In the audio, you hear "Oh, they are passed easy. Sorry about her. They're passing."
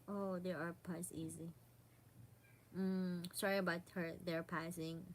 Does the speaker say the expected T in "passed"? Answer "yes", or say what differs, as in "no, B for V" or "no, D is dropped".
no, T is dropped